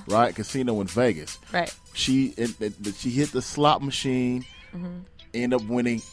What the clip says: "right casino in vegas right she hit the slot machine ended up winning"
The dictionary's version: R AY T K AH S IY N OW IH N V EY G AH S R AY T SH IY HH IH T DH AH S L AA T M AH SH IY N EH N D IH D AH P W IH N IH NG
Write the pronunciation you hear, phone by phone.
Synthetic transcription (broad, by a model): R AY T K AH S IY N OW IH N V EY G AH S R AY T SH IY HH IH T DH AH S L AA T M AH SH IY N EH N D D AH P W IH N IH NG